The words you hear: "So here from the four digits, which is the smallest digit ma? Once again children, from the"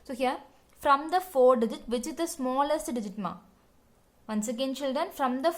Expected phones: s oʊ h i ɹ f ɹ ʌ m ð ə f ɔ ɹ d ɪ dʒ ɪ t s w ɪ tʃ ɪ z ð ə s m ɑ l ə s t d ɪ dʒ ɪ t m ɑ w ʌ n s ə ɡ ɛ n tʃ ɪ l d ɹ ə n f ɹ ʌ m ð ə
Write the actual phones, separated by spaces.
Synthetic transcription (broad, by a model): s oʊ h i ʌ f ɹ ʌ m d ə f ɔ ɹ d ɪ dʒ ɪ t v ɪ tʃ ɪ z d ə s m ɑ l ə s t d ɪ dʒ ɪ t m ɑ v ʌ n s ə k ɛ n tʃ ɪ l d ɹ ə n f ɹ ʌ m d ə